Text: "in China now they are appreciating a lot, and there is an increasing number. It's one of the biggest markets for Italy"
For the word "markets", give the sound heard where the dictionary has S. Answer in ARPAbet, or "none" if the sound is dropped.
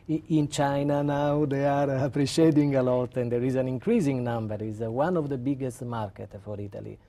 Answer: none